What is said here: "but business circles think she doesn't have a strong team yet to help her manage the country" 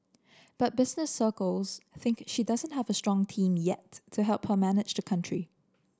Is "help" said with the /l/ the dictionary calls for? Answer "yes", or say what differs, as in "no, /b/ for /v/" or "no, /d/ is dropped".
yes